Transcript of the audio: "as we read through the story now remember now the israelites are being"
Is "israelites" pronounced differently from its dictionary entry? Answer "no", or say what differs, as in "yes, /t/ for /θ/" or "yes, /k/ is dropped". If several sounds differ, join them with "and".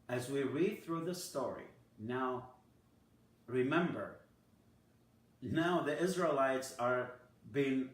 no